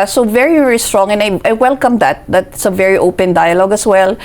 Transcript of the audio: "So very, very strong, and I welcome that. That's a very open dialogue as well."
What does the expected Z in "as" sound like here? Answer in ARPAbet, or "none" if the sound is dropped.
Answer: S